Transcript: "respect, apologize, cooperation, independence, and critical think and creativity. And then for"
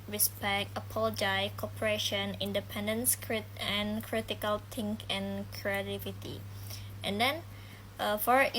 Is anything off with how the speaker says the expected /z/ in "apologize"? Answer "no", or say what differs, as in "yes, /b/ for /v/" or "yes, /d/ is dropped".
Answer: yes, /z/ is dropped